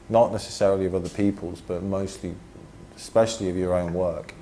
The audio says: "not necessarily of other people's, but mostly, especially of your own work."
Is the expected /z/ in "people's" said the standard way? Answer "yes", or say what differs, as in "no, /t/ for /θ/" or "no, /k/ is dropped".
yes